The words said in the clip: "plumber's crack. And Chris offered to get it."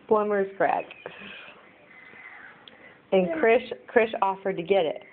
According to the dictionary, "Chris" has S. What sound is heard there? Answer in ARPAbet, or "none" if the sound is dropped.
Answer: SH